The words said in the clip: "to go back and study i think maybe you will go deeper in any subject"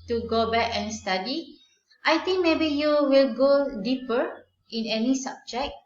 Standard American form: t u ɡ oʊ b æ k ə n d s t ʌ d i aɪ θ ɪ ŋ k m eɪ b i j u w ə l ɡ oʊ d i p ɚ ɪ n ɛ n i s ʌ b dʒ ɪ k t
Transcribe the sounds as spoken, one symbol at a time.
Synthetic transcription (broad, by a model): t u ɡ oʊ b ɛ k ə n s t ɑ d i aɪ t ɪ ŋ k m eɪ b i j u w ə l ɡ oʊ d i p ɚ ɪ n ɛ n i s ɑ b dʒ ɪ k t